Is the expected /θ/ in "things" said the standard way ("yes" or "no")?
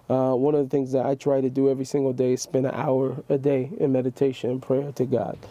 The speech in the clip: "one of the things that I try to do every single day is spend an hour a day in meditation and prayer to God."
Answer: yes